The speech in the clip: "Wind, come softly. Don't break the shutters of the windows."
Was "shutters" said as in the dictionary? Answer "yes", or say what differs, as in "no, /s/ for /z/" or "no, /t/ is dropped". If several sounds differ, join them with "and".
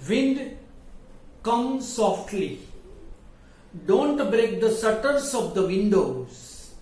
no, /s/ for /ʃ/